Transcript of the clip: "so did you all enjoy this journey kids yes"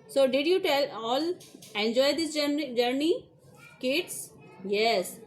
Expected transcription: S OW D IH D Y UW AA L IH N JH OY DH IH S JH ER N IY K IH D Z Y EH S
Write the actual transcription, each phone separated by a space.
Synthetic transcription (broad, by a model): S OW D IH D Y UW AA L IH N JH OY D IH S JH ER N IY K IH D S Y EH S